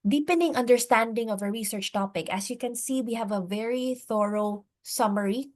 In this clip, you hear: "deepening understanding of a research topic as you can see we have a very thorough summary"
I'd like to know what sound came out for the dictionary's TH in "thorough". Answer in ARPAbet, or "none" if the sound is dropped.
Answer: TH